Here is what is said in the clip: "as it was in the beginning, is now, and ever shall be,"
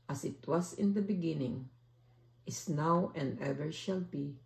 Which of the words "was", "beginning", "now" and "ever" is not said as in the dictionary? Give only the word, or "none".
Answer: was